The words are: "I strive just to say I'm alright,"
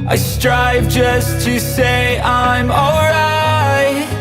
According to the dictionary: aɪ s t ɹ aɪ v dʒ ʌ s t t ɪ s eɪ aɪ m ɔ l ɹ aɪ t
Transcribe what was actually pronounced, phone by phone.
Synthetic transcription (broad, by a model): aɪ s t ɹ aɪ v dʒ ʌ s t t ɪ s eɪ aɪ m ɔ l ɹ aɪ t